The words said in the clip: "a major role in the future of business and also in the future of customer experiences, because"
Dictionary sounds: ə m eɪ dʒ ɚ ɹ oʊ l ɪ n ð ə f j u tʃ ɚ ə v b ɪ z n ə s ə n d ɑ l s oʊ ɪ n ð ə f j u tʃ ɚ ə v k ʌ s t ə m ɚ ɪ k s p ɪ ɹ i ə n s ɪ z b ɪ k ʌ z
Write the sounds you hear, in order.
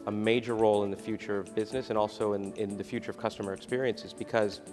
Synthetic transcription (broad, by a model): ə m eɪ dʒ ɚ ɹ oʊ l ɪ n ð ə f j u tʃ ɚ ə v b ɪ z n ə s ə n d ɑ l s oʊ ɪ n ð ə f j u tʃ ɚ ə v k ʌ s t ə m ɚ ɪ k s p ɪ ɹ i ə n s ɪ z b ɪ k ʌ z